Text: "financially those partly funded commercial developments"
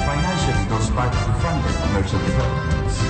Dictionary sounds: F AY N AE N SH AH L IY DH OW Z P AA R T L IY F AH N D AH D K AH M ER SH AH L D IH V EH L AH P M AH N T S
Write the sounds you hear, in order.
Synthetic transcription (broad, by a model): F AY N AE N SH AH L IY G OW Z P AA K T IY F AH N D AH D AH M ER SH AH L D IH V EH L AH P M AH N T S